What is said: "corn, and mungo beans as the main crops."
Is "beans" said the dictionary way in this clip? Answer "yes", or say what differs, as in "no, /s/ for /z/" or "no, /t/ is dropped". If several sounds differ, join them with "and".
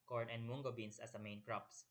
no, /s/ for /z/